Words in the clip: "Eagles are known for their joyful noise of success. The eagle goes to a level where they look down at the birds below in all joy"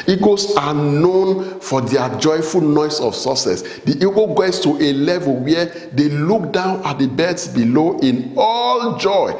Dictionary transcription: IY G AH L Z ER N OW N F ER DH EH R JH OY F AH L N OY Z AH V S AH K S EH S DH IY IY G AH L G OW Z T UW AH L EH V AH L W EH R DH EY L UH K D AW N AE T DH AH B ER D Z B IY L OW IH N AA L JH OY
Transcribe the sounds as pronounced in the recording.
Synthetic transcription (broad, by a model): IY G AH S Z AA N OW N F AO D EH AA JH OY F AH L N OY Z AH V S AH S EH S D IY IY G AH G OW S T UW AH L EH V AH L W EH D EY L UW K D AW N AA T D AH B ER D S B IY L OW IH N AA L JH OY